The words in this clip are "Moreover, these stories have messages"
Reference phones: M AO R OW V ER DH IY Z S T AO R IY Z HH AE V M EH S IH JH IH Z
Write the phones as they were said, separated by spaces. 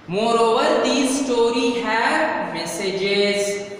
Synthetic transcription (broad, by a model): M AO R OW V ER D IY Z S T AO R IY HH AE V M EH S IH JH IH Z